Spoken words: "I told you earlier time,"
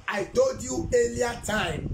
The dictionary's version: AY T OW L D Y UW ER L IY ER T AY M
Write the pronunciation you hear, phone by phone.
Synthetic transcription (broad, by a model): AY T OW D Y UW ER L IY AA T AY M